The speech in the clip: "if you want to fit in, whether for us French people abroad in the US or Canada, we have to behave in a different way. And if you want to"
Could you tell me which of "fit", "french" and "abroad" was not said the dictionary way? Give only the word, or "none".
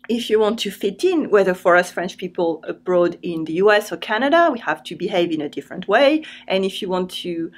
none